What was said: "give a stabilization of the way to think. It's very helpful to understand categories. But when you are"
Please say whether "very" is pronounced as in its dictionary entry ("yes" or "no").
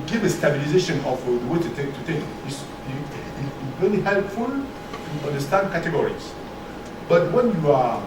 no